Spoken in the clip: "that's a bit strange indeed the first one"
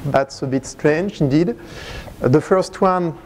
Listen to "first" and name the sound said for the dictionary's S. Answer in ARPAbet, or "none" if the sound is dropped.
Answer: S